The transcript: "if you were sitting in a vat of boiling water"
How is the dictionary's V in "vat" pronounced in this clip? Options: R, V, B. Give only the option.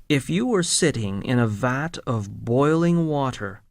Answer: V